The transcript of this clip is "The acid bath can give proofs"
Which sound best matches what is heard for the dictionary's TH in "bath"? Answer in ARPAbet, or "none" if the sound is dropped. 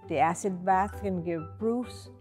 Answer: TH